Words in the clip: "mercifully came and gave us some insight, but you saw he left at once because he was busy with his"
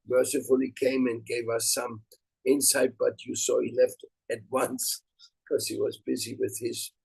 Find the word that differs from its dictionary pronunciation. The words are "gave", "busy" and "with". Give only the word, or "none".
none